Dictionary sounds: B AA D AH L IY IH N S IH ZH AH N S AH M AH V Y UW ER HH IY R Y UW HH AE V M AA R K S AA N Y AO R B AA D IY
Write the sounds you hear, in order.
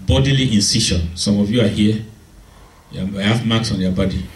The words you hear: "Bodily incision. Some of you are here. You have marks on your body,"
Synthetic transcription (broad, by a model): B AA D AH L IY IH N S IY SH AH N S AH M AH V Y UW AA HH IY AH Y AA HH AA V M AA K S AA N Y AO B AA D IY